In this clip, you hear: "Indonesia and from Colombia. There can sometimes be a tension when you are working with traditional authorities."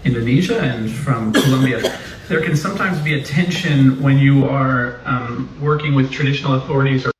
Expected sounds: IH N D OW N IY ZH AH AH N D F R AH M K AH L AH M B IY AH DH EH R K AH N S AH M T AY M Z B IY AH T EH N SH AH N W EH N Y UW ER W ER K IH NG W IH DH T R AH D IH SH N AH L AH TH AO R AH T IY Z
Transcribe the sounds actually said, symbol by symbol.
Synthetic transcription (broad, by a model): IH N D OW N IY ZH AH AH N F R AH M K AH L AH M B IY AH DH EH R K AH N S AH M T AY M Z B IY AH T EH N SH AH N W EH N Y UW ER W ER K IH NG W IH DH T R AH D IH SH N L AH TH AO R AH T IY Z